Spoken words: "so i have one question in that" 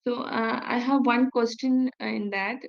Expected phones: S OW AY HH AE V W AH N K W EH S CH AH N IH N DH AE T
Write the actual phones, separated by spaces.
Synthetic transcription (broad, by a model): S OW AY HH AE V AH N K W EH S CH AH N IH N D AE T